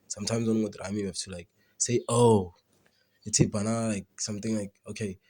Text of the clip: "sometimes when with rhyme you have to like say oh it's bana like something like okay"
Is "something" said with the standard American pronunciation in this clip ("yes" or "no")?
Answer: no